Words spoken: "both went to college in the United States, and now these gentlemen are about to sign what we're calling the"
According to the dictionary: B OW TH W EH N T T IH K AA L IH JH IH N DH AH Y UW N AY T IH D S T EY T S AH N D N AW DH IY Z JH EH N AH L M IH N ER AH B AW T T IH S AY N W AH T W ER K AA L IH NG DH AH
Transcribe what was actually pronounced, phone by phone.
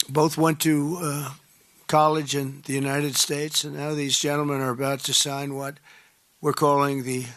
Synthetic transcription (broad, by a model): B OW TH W EH N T T IH K AA L IH JH IH N DH AH Y UW N AY T IH D S T EY T S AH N N AW DH IY Z JH EH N L M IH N ER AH B AW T T IH S AY N W AH T W ER K AA L IH NG DH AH